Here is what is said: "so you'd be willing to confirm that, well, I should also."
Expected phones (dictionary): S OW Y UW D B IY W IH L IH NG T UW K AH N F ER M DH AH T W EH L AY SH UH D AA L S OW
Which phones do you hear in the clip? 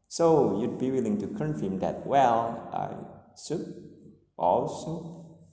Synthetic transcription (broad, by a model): S OW Y UW D B IY W IH L IH NG T UW K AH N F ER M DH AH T W EH L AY S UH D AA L S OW